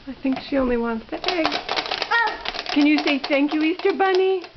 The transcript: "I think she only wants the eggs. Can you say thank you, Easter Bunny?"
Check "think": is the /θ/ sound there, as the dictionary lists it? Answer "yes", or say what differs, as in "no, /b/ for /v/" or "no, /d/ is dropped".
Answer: yes